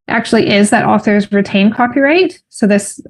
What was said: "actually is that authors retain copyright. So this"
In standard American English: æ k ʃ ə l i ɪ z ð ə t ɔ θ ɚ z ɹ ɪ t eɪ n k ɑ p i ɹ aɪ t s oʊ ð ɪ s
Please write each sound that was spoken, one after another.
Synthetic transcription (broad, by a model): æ k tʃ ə l i ɪ z ð ə t ɔ θ ɚ z ɹ ɪ t eɪ n k ɑ p i ɹ aɪ t s oʊ ð ɪ s